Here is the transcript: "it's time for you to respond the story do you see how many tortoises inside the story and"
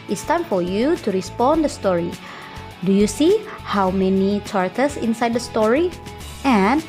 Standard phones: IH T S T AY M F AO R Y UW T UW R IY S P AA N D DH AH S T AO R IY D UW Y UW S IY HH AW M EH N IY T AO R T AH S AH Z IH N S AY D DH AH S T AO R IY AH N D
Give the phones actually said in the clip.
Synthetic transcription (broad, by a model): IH T S T AY M F AO R Y UW T UW R IY S P AA N D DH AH S T AO R IY D UW Y UW S IY HH AW M EH N IY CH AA R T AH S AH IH N S AY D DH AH S T AO R IY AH N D